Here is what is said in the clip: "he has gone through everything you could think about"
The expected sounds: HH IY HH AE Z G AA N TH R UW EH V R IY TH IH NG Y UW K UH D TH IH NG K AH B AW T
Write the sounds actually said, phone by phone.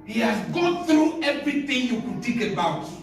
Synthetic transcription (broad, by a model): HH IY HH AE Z G AA N TH R UW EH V R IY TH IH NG Y UW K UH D T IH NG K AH B AW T